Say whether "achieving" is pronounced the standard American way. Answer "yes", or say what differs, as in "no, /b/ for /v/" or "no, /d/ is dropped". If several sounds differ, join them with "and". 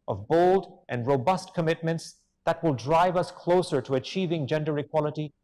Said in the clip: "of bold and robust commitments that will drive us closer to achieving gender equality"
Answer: yes